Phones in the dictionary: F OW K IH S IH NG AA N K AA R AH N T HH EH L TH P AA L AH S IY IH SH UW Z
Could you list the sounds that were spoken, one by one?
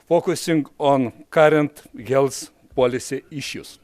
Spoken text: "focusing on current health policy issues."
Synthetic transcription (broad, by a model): F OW K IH S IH NG AA N K AA R AH N T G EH L S P AA L AH S IY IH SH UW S